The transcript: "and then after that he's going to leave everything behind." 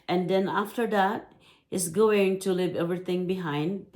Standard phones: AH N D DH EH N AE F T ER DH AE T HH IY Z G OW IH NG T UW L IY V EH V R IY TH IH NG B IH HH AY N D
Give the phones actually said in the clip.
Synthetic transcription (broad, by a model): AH N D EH N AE F T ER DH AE T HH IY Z G OW IH NG T UW L IY V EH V R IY T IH NG B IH HH AY N D